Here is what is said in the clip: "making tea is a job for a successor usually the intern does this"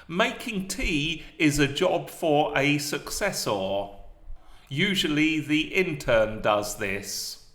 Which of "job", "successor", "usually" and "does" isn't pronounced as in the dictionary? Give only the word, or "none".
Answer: none